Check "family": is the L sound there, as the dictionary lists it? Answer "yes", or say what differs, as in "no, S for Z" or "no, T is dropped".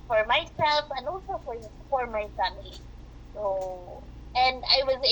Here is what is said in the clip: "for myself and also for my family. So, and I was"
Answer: no, L is dropped